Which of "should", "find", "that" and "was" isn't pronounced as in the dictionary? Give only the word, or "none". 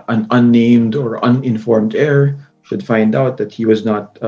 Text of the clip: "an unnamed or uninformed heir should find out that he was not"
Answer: none